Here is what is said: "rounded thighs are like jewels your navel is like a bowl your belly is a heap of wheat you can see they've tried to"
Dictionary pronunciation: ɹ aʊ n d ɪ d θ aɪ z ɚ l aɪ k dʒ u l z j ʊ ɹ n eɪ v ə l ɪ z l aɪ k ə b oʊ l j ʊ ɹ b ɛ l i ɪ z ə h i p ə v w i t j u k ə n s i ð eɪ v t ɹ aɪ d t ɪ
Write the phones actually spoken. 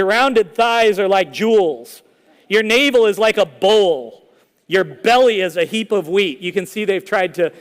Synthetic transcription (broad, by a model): ɹ aʊ n d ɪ d θ aɪ z ɚ l aɪ k dʒ u l z j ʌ ɹ n eɪ v l ɪ z l aɪ k ə b oʊ l j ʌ ɹ b ɛ l i ɪ z ə h i p ə v w i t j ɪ k ə n s i ð eɪ v t ɹ aɪ d t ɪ